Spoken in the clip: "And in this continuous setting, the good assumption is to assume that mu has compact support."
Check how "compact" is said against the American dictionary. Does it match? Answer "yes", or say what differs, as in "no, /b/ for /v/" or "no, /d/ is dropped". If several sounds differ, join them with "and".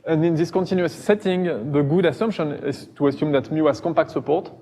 yes